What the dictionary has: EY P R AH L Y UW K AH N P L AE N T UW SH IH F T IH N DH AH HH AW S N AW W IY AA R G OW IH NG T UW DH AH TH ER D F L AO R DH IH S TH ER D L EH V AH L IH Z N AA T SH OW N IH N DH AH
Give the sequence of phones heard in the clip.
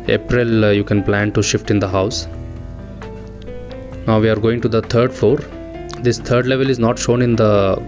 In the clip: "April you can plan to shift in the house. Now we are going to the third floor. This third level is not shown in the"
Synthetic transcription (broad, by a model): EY P R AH L Y UW K AH N P L AE N T UW SH IH F T IH N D AH HH AW S N AW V IY AA R G OW IH NG T UW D AH T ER D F AO R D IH S T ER D L EH V AH L IH Z N AA T SH OW N IH N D AH